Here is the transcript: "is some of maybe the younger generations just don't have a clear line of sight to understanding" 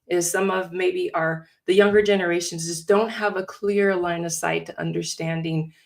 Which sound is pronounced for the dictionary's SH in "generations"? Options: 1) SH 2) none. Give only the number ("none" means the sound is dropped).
1